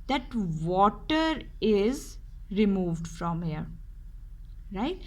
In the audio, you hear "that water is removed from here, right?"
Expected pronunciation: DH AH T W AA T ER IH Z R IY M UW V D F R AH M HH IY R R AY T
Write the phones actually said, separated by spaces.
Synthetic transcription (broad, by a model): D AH T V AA T ER IH Z R IY M UW V D F R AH M HH IY R R AY T